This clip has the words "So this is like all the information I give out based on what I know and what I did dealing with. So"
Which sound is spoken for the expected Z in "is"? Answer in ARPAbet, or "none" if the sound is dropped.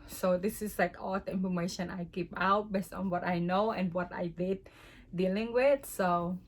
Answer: S